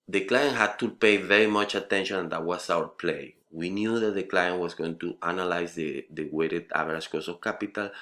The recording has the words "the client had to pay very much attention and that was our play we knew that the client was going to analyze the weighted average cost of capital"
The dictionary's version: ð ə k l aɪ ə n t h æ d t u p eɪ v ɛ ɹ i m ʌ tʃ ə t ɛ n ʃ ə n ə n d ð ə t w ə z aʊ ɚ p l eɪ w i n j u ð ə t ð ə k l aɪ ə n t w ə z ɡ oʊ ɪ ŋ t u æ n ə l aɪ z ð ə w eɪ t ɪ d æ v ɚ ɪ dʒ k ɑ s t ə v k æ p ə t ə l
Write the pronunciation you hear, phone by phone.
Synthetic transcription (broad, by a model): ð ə k l aɪ ə n t h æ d t u p eɪ v ɛ ɹ i m ʌ tʃ ə t ɛ n ʃ ə n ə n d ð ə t w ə s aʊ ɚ p l eɪ w i n j u ð ə t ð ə k l aɪ ə n t w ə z ɡ oʊ ɪ ŋ t u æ n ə l aɪ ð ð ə w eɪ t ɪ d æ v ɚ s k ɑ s ə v k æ p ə t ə l